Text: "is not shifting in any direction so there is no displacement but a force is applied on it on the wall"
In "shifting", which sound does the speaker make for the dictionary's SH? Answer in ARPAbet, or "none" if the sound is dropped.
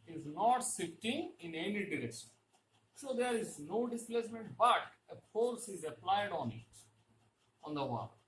S